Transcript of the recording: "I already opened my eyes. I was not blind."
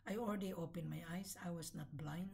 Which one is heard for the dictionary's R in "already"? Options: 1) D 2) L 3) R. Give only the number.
2